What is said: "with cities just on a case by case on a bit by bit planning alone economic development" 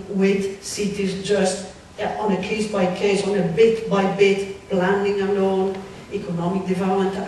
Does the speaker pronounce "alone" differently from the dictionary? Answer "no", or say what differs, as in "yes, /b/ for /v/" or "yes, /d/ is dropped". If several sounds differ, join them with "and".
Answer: yes, /n/ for /l/